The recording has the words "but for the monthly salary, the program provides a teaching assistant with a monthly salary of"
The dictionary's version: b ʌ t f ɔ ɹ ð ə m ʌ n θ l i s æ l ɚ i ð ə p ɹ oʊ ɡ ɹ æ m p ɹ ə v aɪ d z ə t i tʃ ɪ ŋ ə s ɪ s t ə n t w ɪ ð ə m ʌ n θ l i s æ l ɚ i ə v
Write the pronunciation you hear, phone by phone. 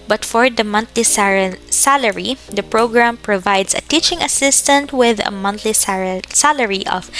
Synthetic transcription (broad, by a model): b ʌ t f ɔ ɹ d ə m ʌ n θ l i s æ l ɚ i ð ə p ɹ oʊ ɡ ɹ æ m p ɹ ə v aɪ d s ə t i tʃ ɪ ŋ ə s ɪ s t ə n t w ɪ ð ə m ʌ n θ l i s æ l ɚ i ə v